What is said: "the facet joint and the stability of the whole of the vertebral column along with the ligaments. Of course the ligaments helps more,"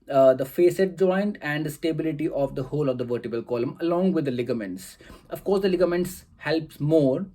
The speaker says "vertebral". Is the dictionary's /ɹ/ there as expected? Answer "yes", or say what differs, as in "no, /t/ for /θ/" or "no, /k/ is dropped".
no, /ɹ/ is dropped